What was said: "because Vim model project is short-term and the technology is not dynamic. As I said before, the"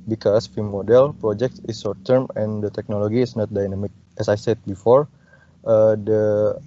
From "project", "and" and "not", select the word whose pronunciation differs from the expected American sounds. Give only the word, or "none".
none